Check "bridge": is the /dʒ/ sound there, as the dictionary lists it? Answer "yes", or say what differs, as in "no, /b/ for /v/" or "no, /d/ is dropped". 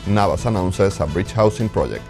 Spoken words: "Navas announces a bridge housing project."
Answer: no, /tʃ/ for /dʒ/